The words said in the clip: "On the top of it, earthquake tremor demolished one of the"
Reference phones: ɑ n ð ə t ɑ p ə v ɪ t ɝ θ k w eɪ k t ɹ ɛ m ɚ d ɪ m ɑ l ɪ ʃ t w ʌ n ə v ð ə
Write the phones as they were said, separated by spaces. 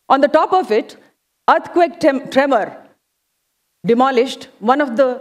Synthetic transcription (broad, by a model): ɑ n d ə t ɑ p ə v ɪ t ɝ t k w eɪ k t ɹ ɛ m ɚ d ɪ m ɑ l ɪ ʃ t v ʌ n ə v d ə